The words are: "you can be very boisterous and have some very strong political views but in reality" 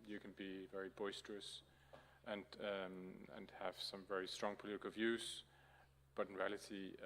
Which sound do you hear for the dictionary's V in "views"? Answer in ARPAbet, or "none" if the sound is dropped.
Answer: V